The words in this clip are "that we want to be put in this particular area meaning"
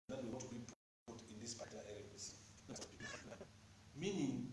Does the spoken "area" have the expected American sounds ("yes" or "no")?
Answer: no